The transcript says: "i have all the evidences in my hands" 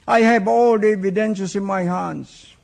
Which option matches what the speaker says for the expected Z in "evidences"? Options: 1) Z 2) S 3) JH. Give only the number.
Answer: 2